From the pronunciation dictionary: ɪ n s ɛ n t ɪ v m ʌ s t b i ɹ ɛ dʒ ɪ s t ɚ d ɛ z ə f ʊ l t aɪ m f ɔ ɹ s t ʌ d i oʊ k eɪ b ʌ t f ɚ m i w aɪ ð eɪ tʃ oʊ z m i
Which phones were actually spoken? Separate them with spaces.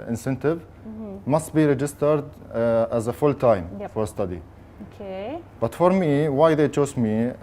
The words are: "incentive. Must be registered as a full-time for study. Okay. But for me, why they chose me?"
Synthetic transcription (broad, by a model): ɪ n s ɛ n t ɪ v m ʌ s t b i ɹ ɛ dʒ ɪ s t ɚ d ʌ z ə f ʊ l t aɪ m f ɔ ɹ s t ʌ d i oʊ k eɪ b ʌ t f ɚ m i w aɪ ð eɪ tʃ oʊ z m i